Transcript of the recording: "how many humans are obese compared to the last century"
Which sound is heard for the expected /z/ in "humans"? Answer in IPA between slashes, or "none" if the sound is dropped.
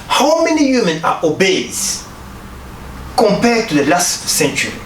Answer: none